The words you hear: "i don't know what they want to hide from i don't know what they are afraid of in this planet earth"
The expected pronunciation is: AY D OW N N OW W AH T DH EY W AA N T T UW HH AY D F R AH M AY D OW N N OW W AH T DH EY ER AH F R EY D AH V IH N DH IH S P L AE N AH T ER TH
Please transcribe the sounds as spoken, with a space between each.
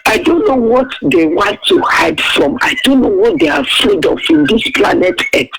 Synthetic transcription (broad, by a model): AY D OW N N OW W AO T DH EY W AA N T T UW HH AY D F R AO M AY D OW N N OW W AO T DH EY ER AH F EY D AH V IH N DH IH S P L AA N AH T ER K